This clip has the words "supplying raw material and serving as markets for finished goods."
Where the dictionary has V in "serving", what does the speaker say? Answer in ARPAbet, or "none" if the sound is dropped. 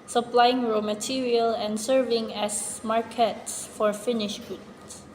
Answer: V